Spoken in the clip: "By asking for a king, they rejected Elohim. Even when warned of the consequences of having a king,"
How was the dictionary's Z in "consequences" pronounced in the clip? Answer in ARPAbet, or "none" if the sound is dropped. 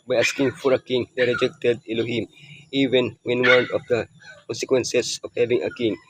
S